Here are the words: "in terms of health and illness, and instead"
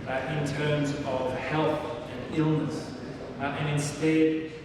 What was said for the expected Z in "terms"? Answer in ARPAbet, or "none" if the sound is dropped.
Z